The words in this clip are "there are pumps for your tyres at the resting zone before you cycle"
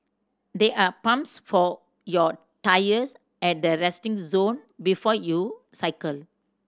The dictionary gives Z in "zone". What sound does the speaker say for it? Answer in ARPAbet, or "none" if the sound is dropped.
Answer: Z